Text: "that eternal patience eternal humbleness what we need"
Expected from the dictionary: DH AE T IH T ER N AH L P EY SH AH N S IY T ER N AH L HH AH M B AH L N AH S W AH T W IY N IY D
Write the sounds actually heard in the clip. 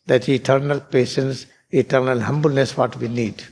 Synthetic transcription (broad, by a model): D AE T IH T ER N AH L P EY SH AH N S IY T ER N AH L HH AH M B AH L N AH S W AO T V IY N IY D